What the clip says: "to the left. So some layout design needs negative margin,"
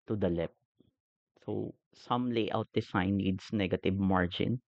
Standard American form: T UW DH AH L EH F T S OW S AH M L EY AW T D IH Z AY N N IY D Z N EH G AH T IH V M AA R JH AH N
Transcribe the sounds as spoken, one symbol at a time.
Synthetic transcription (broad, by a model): T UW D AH L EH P S OW S AH M L EY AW T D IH S AY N N IY D S N EH G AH T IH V M AA R JH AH N